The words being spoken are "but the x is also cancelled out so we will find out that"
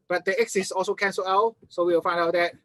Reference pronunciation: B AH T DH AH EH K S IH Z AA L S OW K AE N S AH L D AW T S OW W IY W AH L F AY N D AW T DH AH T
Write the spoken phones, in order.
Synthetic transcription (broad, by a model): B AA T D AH EH K S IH S AA L S OW K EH N S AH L AW S OW W IY W AH L F AY N D AW T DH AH T